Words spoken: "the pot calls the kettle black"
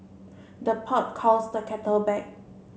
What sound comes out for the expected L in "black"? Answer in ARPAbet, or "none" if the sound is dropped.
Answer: none